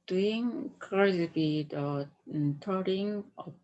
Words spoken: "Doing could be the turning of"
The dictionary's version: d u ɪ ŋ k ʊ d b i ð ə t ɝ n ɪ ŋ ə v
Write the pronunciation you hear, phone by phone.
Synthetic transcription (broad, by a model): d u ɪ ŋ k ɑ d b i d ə t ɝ ɪ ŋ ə